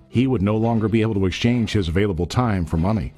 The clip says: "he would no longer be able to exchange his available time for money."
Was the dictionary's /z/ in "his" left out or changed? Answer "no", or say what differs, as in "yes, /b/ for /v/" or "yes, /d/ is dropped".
no